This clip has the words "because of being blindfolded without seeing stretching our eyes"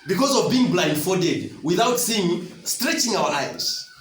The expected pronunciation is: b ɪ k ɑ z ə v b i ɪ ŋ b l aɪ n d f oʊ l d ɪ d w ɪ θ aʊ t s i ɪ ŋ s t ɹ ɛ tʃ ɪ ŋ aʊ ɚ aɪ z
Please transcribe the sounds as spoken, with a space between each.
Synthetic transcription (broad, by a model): b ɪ k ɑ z ə v b i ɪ ŋ b l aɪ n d f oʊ d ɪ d w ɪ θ aʊ t s i ɪ ŋ s t ɹ ɛ tʃ ɪ ŋ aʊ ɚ aɪ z